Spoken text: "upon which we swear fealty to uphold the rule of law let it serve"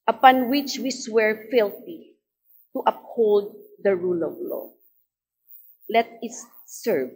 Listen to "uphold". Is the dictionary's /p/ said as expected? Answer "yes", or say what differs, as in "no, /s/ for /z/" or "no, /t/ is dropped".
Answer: yes